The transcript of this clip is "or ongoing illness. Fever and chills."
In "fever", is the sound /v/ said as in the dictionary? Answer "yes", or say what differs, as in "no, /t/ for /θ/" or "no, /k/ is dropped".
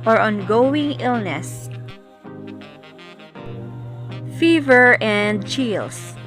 yes